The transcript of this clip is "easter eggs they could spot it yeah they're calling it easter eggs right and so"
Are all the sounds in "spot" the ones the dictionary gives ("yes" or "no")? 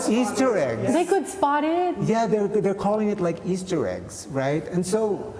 yes